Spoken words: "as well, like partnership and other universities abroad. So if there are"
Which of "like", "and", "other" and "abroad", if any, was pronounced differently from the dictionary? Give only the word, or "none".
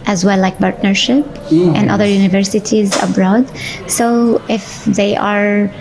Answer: none